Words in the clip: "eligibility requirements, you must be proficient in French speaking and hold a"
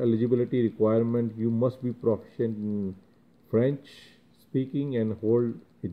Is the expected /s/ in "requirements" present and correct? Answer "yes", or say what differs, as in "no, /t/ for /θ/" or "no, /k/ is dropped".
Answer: no, /s/ is dropped